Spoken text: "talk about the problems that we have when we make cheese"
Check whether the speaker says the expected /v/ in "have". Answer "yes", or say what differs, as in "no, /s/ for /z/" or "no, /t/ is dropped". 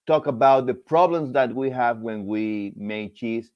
yes